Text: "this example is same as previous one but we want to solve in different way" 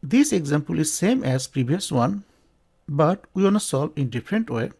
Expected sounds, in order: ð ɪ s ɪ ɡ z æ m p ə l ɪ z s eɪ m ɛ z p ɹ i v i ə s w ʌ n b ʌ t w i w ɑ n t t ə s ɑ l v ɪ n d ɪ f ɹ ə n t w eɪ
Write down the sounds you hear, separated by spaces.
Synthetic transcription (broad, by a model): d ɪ s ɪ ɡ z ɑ m p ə l ɪ z s eɪ m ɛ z p ɹ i b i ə s w ʌ n b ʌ t w i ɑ n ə s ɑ l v ɪ n d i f ɹ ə n t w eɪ